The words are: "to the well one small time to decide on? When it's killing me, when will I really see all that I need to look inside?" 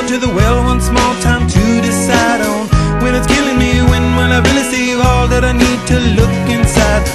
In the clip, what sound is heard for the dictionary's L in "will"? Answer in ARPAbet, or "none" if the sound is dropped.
N